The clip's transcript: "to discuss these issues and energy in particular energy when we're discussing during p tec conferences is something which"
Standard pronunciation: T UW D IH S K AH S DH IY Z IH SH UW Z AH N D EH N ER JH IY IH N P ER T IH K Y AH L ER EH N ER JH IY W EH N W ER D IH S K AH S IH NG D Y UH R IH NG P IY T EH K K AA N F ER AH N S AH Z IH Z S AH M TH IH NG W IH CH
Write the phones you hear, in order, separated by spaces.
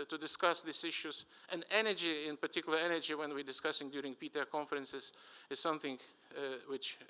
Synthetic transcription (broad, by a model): T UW D IH S K AH S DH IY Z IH SH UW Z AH N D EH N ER JH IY IH N P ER T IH K Y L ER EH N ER JH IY W EH N W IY D IH S K AH S IH NG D Y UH R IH NG P IY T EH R K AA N F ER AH N S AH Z IH Z S AH M TH IH NG W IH CH